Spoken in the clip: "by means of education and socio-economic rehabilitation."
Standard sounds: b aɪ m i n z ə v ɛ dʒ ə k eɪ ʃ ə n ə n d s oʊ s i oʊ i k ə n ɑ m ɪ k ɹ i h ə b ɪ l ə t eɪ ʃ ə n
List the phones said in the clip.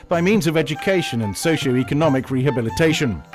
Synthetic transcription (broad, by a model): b aɪ m i n z ə v ɛ dʒ ə k eɪ ʃ ə n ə n s oʊ ʃ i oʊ i k ə n ɑ m ɪ k ɹ i h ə b ɪ l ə t eɪ ʃ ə n